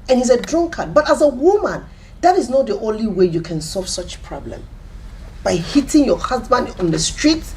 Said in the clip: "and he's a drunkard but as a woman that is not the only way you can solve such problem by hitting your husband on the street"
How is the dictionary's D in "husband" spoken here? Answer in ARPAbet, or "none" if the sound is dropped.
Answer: D